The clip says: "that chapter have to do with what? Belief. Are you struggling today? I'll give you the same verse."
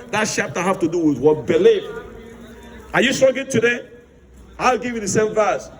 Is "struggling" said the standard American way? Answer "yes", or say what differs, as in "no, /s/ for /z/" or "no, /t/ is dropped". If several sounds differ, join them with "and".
no, /l/ is dropped